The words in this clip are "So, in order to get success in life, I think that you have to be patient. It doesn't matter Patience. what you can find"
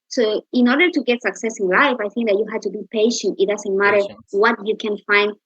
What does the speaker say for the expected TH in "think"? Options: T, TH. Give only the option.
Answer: TH